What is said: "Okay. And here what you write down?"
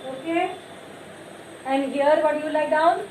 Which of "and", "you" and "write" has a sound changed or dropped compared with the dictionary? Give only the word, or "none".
write